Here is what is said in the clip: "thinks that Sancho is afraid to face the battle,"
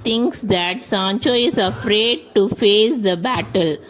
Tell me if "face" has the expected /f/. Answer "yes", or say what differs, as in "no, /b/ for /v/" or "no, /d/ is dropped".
yes